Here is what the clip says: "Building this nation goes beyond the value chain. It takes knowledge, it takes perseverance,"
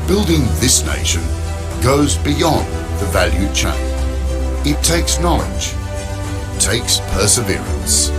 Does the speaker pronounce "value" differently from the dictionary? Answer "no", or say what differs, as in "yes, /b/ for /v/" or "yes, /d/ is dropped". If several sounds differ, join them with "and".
no